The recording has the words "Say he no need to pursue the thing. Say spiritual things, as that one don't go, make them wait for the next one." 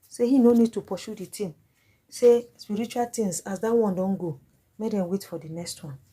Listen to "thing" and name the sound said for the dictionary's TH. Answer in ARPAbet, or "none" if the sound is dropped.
T